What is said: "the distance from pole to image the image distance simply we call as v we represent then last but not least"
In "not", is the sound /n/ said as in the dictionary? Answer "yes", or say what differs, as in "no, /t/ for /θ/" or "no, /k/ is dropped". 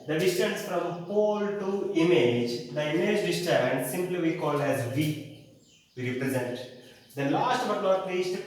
no, /l/ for /n/